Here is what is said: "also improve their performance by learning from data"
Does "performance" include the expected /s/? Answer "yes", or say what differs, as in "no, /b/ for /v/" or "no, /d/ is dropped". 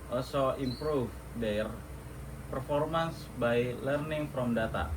yes